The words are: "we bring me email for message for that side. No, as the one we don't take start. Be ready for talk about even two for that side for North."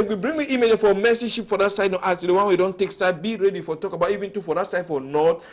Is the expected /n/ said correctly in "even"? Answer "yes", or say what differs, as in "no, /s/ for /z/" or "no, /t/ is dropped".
yes